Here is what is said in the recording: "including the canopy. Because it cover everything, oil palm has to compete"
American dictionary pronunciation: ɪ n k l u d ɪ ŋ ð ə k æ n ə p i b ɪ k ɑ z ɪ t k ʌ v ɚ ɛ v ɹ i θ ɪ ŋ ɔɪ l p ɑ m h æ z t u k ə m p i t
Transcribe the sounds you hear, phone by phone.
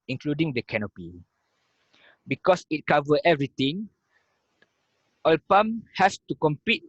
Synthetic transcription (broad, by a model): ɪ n k l u d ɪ ŋ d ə k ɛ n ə p i b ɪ k ɑ s ɪ t k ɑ v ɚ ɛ v ɹ i t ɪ ŋ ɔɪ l p ɑ m h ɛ s t u k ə m p i t